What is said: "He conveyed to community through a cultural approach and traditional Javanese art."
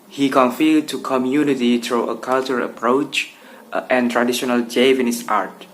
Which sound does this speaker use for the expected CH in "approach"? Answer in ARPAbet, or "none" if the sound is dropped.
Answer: CH